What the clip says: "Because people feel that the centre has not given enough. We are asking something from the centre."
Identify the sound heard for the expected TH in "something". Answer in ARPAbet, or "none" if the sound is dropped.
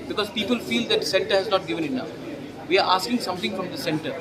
T